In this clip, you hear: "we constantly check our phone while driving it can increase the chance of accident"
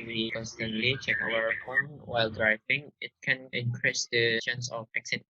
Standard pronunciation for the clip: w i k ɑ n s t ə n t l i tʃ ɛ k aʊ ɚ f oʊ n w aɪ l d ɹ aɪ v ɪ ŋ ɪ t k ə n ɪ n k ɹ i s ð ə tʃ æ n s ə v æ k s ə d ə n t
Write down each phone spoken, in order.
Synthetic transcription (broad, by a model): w i k ɑ n s t ə n t l i tʃ ɛ k aʊ ɚ p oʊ n w aɪ l d ɹ aɪ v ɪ ŋ ɪ t k ə n ɪ n k ɹ i s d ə ʃ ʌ n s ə f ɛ k s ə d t